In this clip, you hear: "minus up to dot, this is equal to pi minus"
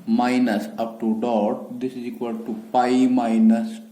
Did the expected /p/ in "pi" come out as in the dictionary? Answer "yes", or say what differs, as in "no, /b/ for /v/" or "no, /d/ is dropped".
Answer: yes